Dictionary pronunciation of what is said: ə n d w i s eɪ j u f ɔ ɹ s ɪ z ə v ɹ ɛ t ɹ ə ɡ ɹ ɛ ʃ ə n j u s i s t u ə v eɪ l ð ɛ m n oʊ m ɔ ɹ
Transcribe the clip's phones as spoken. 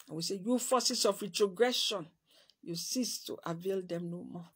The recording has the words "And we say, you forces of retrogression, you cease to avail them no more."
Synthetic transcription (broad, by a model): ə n w i s eɪ j u f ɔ s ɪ s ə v ɹ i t ɹ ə ɡ ɹ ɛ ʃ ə n j u s i s t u ə v eɪ l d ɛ m n oʊ m ɔ